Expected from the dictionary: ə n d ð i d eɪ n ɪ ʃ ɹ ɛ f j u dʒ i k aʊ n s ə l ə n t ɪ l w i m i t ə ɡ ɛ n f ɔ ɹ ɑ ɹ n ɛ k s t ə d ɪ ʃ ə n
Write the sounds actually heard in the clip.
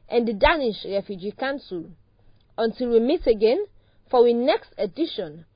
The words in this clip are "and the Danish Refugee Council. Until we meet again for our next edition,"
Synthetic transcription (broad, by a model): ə n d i d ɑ n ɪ ʃ ɹ ɛ f j u dʒ i k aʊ n s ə l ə n t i l w i m i t ə ɡ ɛ n f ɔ w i n ɛ k s t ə d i ʃ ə n